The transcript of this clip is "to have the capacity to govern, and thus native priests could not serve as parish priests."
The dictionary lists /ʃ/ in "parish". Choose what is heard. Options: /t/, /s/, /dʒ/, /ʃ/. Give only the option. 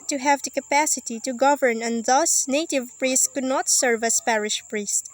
/ʃ/